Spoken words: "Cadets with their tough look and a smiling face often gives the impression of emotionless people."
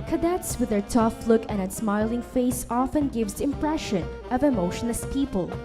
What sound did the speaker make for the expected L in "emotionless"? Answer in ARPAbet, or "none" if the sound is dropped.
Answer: none